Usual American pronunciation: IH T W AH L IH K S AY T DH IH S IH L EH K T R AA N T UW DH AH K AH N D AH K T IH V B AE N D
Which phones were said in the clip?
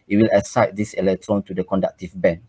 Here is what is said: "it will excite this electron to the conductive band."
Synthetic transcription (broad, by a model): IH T W AH L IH S AY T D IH S IH L EH K T R AA N T UW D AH K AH N D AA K T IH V B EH N